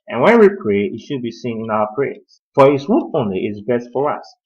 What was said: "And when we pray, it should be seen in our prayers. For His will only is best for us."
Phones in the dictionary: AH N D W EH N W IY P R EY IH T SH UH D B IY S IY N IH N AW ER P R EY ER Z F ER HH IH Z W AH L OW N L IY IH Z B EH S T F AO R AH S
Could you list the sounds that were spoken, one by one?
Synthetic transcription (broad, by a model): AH N W EH N W IY P R EY IH T SH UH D B IY S IY N IH N AW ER P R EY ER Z F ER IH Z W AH N OW N L IY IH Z B EH S T F AO R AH S